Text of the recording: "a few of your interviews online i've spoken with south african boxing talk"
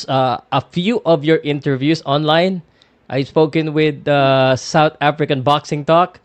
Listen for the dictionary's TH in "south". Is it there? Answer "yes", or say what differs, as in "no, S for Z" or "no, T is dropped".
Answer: no, T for TH